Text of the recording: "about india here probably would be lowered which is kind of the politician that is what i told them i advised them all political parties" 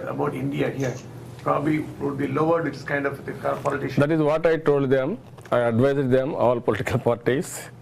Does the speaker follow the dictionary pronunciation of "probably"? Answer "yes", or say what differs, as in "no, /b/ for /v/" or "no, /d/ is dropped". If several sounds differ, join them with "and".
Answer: yes